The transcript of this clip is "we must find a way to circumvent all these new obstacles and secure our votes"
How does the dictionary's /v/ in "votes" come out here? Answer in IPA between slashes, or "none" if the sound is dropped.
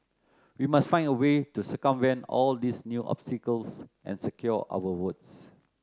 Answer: /w/